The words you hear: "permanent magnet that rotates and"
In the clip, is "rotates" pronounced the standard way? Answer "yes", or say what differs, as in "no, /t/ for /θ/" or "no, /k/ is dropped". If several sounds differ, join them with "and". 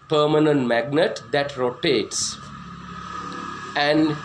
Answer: yes